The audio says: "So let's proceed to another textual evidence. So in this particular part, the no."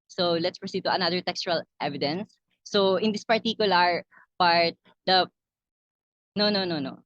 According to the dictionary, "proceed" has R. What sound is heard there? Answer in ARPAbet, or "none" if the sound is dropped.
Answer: R